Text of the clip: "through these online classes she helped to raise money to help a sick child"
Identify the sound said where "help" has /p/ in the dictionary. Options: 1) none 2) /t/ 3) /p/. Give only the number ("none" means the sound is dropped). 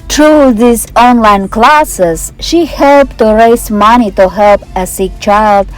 3